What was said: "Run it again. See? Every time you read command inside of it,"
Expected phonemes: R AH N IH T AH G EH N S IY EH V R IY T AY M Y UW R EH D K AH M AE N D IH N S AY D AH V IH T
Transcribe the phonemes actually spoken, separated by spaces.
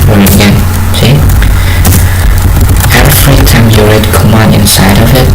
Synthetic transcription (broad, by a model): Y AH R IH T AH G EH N S IY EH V R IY T AY M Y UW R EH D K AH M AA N IH N S AY D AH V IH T